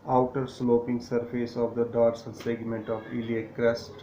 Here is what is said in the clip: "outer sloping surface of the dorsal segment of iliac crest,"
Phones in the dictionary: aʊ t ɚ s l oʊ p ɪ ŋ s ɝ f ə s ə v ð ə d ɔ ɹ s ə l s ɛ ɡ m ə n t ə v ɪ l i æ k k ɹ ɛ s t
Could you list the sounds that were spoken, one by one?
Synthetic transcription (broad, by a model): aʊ t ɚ s l oʊ p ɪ ŋ s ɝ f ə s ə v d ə d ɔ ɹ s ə n s ɛ ɡ m ə n t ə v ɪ l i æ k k ɹ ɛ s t